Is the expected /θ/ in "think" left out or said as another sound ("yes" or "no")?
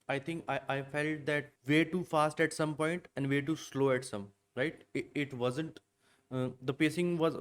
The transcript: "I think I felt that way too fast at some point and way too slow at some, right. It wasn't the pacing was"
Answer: yes